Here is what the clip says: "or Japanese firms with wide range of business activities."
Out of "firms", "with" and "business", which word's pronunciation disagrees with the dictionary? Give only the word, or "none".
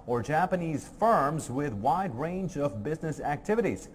none